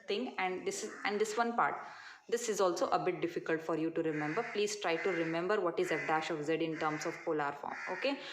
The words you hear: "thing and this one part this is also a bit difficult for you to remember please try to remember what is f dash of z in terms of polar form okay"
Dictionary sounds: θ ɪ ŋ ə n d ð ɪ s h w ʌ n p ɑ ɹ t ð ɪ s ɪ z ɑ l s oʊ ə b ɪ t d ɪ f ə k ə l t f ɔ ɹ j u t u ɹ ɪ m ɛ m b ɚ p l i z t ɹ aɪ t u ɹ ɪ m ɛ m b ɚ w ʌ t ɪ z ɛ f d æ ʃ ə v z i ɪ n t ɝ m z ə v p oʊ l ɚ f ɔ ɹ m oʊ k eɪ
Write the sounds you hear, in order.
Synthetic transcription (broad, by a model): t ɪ ŋ ə n d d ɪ s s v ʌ n p ɑ ɹ t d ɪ s ɪ z ɑ l s oʊ ə b ɪ t d ɪ f ə k ə l t f ɔ ɹ j u t u ɹ ɪ m ɛ m b ɚ p l i z t ɹ aɪ t u ɹ ɪ m ɛ m b ɚ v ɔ t ɪ z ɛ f d æ ʃ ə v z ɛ ɪ n t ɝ m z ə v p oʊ l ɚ f ɔ ɹ m oʊ k eɪ